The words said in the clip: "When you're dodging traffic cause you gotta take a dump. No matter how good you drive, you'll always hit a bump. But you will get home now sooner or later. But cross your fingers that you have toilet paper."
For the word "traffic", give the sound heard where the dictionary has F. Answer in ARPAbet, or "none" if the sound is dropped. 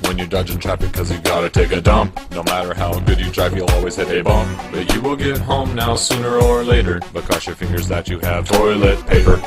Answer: P